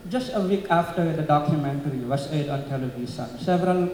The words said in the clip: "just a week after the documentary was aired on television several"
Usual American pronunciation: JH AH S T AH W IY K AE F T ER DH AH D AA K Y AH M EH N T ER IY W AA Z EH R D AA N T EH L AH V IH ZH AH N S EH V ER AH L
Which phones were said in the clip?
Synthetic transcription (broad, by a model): JH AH S T AH W IY K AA F T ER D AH D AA K Y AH M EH N T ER IY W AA S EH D AA N T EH L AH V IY S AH N S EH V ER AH L